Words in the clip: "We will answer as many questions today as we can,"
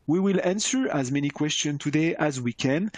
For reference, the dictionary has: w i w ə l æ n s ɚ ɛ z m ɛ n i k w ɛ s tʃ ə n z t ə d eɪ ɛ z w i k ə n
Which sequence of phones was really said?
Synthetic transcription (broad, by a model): w i w ə l æ n s ɚ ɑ z m ɛ n i k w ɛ s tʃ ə n t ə d eɪ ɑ z w i k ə n